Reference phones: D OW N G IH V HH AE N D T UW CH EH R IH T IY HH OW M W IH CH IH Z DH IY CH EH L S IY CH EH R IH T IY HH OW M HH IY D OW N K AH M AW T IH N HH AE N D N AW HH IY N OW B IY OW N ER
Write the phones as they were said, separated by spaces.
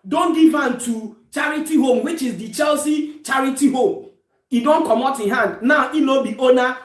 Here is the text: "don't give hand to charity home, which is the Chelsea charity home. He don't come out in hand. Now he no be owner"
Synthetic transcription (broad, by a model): D OW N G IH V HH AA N T UW CH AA R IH T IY HH OW M W IH CH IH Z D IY CH EH L S IY CH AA R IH T IY HH OW M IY D OW N K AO M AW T IH N HH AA N D N AW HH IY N OW B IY OW N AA